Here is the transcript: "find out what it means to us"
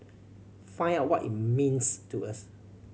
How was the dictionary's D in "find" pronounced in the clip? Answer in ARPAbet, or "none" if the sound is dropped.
none